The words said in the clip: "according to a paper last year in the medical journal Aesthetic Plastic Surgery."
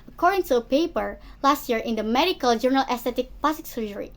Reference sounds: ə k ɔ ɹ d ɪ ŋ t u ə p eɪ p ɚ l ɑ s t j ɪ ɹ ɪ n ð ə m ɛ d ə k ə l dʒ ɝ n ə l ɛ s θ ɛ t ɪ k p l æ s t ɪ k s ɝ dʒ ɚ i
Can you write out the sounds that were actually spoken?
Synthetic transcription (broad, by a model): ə k ɔ ɹ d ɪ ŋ t u ə p eɪ p ɚ l ɑ s t j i ɹ ɪ n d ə m ɛ d ə k ə l dʒ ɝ n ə l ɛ s t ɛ t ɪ k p ɑ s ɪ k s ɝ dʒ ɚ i